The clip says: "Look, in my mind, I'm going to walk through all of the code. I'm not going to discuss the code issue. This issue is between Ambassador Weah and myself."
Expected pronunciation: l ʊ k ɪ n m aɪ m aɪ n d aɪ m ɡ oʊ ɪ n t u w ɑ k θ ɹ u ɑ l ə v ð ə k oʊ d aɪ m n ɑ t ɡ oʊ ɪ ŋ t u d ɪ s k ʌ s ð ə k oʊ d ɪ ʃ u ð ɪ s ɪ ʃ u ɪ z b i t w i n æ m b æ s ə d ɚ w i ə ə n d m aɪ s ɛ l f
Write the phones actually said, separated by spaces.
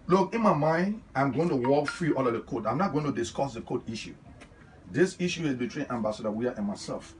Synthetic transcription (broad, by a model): l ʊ k ɪ n m aɪ m aɪ n d aɪ m ɡ oʊ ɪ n t u w ɑ k f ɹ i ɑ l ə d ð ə k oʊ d aɪ m n ɑ t ɡ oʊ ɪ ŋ t u d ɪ s k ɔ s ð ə k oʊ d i ʃ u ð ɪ s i ʃ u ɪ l b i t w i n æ m b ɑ s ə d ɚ w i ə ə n m aɪ s ɛ l f